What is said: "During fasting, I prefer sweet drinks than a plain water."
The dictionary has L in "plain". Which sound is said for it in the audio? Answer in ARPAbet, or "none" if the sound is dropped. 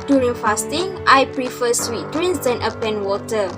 none